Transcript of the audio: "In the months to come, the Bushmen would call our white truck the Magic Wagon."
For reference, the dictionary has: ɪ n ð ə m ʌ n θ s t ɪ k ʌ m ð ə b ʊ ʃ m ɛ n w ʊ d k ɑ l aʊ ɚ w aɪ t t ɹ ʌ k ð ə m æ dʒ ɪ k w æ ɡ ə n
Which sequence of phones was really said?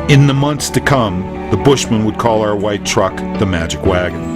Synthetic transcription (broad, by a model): ɪ n ð ə m ʌ n θ s t ɪ k ʌ m ð ə b ʊ ʃ m ɛ n w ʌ d k ɑ l aʊ ɚ w aɪ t t ɹ ʌ k ð ə m æ dʒ ɪ k w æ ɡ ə n